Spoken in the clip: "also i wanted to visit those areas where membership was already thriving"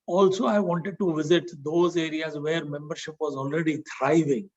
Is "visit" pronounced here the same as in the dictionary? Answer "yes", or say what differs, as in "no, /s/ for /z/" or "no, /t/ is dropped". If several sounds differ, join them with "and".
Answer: yes